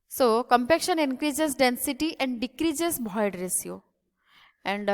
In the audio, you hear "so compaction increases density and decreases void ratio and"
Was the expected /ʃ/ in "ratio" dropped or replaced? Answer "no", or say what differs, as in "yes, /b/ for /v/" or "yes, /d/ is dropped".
yes, /s/ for /ʃ/